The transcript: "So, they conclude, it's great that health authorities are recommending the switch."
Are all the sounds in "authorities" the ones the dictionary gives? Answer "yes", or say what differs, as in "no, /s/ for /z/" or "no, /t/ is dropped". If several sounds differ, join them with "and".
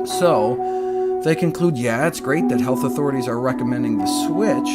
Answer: yes